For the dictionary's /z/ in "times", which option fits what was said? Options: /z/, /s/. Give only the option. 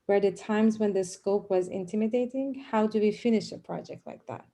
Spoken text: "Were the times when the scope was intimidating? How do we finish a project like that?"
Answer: /z/